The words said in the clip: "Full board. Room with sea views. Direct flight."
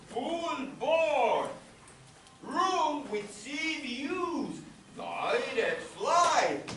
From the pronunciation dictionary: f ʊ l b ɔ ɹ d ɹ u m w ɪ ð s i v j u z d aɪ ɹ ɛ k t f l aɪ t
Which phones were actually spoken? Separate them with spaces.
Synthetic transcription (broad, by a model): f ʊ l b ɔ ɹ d ɹ u m w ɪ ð s i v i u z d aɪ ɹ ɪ t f l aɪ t